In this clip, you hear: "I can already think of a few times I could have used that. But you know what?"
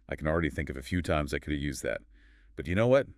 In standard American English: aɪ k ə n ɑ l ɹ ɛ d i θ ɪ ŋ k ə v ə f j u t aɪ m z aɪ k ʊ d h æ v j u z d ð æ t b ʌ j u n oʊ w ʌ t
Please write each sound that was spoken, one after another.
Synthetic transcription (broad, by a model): aɪ k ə n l ɹ ɛ d i θ ɪ ŋ k ə v ə f j u t aɪ m z aɪ k ʊ d j u z ð æ t b ʌ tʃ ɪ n oʊ w ʌ t